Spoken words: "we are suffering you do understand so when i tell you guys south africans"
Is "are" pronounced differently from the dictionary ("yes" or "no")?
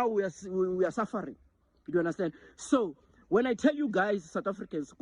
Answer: yes